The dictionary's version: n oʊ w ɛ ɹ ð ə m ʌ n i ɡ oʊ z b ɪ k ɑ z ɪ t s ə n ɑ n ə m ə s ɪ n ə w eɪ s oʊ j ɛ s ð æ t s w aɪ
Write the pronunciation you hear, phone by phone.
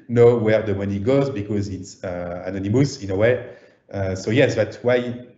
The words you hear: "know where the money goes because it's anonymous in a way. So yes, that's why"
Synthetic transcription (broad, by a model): n oʊ w ɛ ɹ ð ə m ʌ n i ɡ oʊ z b ɪ k ɑ z ɪ t s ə n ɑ n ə m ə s ɪ n ə w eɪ s oʊ j ɛ s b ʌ t w aɪ